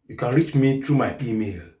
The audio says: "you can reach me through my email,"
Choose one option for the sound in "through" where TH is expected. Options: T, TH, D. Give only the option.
T